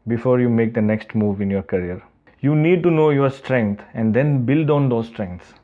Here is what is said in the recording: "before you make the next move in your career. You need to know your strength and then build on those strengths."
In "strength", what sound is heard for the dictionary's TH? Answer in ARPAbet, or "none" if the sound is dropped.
T